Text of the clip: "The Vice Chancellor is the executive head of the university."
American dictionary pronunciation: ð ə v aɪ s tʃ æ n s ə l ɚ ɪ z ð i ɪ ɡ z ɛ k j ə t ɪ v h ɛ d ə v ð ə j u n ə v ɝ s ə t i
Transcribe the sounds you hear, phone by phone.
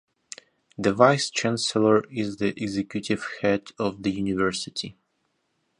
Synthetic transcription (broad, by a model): ð ə v aɪ s tʃ æ n s ə l ɚ ɪ z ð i ɪ ɡ z ɛ k j ə t ɪ v h ɛ d ə v ð ə j u n ə v ɝ s ə t i